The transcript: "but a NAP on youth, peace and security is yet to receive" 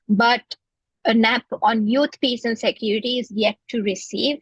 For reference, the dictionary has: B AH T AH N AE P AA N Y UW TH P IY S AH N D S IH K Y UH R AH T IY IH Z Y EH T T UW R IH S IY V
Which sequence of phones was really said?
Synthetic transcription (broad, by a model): B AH T AH N AE P AA N Y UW T P IY S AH N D S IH K Y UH R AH T IY IH Z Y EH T T UW R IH S IY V